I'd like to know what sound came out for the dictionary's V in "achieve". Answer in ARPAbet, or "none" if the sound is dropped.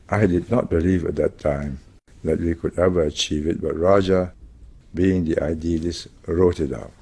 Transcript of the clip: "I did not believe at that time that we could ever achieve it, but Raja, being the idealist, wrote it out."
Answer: V